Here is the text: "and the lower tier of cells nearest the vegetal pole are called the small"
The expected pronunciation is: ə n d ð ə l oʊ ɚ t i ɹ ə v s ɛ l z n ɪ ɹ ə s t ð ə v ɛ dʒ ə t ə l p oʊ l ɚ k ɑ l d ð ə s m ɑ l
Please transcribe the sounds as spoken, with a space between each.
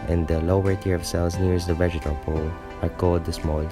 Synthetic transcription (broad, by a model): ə n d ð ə l oʊ ɚ t i ɹ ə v s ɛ l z n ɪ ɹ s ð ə v ɛ dʒ ə t ə l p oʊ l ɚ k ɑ d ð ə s m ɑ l